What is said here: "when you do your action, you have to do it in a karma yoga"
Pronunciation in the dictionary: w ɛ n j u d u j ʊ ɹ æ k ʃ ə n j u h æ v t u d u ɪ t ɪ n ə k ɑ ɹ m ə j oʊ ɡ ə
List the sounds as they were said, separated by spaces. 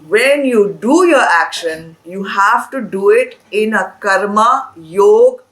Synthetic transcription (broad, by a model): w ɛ n j u d u j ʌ ɹ æ k ʃ ə n j u h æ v t u d u ɪ t ɪ n ə k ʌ ɹ m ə j oʊ ɡ